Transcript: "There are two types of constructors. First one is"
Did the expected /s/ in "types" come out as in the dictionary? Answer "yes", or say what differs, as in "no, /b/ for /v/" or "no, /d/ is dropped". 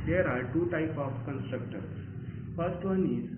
no, /s/ is dropped